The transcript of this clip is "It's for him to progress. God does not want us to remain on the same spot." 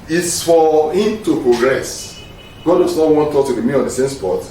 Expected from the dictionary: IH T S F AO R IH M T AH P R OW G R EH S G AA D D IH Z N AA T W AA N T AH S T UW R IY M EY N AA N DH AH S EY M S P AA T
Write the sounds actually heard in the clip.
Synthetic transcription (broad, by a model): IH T S F AO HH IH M T AH P R OW G R EH S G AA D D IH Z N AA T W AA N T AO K T UW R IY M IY AA N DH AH S EY M S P AA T